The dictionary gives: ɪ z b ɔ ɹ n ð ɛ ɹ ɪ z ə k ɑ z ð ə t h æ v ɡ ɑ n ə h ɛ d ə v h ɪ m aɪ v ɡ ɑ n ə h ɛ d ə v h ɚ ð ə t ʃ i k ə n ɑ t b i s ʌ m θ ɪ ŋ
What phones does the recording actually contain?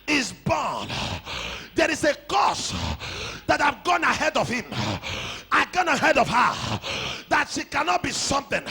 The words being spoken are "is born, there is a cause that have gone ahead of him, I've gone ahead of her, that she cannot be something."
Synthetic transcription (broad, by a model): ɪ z b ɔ n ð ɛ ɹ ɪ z ə k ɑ s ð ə t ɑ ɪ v ɡ ɑ n ə h ɛ d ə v h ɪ m aɪ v ɡ ɑ n ə h ɛ d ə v h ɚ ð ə t ʃ i k ə n ɑ t b i s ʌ m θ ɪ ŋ